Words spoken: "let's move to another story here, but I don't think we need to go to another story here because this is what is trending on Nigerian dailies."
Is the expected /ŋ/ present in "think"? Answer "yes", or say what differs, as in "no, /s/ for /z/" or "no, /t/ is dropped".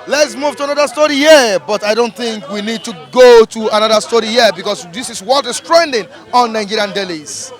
yes